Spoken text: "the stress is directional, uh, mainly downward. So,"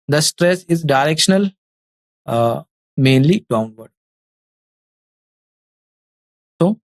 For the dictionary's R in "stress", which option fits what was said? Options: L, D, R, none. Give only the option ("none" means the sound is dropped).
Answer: R